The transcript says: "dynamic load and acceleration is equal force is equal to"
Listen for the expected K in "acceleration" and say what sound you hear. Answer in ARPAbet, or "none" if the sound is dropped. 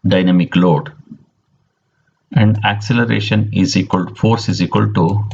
K